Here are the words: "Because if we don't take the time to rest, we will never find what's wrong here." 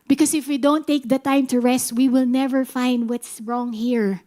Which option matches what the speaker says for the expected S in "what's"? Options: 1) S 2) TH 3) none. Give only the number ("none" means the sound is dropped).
1